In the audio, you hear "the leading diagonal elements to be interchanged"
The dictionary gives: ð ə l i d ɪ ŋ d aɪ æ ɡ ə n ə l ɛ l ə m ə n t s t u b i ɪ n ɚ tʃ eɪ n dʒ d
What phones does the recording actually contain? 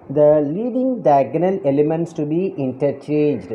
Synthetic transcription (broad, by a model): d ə l i d ɪ ŋ d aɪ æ ɡ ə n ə l ɛ l ə m ə n t s t u b i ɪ n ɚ tʃ eɪ n dʒ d